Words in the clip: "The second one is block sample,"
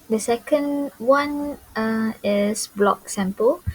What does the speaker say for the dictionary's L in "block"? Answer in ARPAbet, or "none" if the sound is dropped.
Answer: L